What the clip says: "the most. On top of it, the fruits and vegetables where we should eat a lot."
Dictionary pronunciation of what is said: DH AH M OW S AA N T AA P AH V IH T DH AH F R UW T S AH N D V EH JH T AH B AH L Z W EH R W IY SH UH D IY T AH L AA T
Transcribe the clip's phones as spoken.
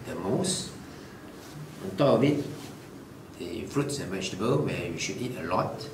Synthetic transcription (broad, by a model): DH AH M OW S AA N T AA AH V IH T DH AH F R UW T S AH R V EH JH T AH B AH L W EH W IY SH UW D IY T AH L AA T